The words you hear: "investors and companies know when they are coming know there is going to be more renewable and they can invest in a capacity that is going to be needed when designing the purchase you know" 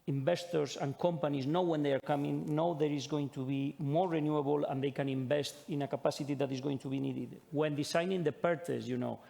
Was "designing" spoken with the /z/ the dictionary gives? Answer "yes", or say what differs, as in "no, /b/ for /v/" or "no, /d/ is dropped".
no, /s/ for /z/